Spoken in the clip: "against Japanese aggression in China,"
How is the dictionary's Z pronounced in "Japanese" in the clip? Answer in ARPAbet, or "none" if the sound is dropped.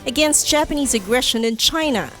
Z